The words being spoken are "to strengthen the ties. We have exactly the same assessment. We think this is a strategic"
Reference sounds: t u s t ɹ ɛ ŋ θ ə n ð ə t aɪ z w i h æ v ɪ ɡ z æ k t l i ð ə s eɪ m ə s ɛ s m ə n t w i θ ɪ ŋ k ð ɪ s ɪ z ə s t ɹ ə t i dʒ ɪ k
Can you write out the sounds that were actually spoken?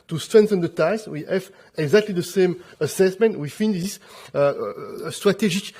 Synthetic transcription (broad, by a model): t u s t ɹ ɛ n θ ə n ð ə t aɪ s w i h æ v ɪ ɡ z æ k t l i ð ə s eɪ m ə s ɛ s m ə n t w i f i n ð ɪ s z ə s t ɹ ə t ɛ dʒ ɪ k